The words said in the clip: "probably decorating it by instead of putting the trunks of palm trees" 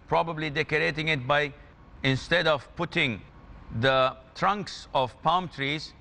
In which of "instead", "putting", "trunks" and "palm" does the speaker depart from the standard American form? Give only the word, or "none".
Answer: none